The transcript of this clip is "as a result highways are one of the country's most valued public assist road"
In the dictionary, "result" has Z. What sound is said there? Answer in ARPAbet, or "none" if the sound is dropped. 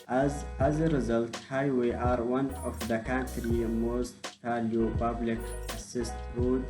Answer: Z